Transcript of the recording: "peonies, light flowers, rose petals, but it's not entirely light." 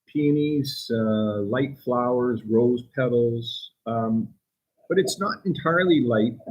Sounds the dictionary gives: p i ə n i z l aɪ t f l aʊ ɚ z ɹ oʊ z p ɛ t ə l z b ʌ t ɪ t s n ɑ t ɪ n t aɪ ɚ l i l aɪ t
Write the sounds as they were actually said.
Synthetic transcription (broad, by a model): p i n i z l aɪ t f l aʊ ɚ z ɹ oʊ z p ɛ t l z b ʌ t ɪ t s n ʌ t ɪ n t aɪ ɚ l i l aɪ t